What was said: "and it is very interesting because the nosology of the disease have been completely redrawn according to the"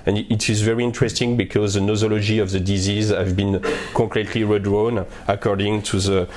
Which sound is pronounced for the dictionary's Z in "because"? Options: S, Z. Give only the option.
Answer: Z